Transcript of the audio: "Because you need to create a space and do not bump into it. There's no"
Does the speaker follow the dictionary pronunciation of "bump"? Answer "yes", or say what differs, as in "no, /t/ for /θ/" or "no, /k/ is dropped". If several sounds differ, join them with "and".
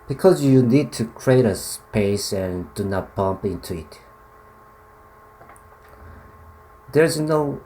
yes